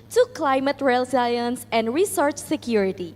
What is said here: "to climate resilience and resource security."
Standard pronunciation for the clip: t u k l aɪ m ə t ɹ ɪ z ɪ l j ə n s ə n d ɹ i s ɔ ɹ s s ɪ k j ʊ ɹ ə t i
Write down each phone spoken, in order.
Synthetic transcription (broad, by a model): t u k l aɪ m ə t ɹ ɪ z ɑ j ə n s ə n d ɹ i s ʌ ɹ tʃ s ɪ k j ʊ ɹ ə t i